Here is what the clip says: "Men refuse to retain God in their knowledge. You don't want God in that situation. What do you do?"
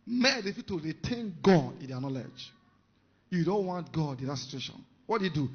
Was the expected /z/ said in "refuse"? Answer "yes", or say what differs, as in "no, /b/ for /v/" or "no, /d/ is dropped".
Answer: no, /z/ is dropped